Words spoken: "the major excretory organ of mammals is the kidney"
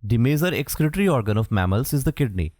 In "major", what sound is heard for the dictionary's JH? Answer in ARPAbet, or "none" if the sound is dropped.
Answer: Z